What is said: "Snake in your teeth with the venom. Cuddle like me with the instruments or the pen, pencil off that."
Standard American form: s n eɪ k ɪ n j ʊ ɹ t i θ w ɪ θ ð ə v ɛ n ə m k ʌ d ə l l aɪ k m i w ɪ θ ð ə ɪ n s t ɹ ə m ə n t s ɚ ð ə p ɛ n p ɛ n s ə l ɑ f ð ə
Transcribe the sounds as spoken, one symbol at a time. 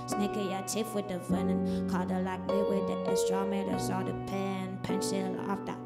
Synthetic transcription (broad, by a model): s n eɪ k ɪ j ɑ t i f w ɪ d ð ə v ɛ n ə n k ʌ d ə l l aɪ k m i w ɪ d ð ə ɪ s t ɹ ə m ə t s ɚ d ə p ɛ n p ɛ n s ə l ɑ f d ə